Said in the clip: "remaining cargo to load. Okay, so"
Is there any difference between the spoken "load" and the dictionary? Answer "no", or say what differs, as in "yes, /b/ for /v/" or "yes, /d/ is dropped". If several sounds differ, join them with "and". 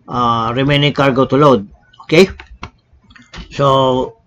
no